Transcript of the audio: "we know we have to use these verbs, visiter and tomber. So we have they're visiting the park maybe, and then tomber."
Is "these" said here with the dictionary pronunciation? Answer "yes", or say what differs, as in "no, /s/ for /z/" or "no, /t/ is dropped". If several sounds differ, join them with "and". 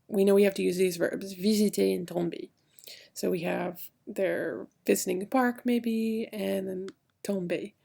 yes